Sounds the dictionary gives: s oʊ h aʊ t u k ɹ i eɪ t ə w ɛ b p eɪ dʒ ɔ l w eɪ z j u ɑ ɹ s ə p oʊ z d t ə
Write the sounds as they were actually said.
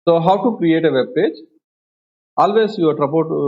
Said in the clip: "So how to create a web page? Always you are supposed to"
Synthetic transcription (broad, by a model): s oʊ h aʊ t u k ɹ i eɪ t ə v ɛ b p eɪ dʒ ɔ l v eɪ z j u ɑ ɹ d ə p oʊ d t